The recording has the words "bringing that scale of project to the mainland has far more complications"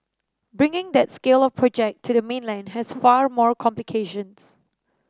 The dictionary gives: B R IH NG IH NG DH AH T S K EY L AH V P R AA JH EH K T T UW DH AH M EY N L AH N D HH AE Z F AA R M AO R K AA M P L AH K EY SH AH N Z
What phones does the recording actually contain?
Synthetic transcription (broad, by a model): B R IH NG IH NG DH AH T S K EY L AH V P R AA JH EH K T T UW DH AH M EY N L AH N D HH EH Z F AA R M AO R K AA M P L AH K EY SH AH N S